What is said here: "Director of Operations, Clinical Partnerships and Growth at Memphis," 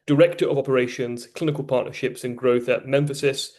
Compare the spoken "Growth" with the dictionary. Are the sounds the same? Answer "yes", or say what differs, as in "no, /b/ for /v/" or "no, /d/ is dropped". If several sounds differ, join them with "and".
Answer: yes